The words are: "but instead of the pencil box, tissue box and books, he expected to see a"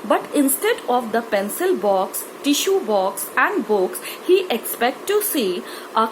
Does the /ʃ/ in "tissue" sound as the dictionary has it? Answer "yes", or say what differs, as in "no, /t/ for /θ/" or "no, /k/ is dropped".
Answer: yes